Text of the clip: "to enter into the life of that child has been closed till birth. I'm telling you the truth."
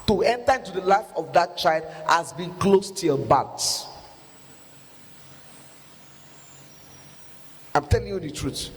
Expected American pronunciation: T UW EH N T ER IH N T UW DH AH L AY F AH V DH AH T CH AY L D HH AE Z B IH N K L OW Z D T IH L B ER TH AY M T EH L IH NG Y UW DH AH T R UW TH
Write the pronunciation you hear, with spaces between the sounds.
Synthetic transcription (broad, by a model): T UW EH N T ER IH N T UW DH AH L AY F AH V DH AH T CH AY L D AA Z B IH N K L OW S T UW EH B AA T AY M T EH L IH NG Y UW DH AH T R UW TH